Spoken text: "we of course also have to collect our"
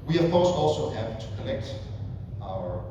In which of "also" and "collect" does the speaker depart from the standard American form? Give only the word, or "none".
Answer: collect